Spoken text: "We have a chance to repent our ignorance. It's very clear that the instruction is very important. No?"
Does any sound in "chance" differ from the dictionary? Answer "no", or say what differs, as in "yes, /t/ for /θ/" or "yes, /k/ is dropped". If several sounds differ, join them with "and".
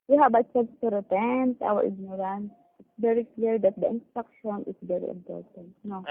yes, /s/ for /tʃ/